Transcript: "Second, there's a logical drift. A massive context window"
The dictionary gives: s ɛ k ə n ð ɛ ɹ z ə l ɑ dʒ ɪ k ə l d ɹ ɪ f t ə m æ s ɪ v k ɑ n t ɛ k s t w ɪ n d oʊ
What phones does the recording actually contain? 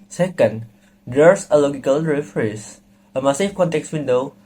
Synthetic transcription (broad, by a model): s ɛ k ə n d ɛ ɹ s ə l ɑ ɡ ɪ k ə l ɹ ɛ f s ə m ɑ s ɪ f k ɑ n t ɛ k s w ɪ n d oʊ